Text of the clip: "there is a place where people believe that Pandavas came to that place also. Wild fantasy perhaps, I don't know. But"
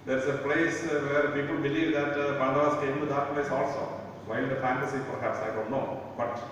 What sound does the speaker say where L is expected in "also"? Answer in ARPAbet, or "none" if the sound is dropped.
L